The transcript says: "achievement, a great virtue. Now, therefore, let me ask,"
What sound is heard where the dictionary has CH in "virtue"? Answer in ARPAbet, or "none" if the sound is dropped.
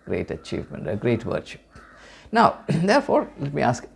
SH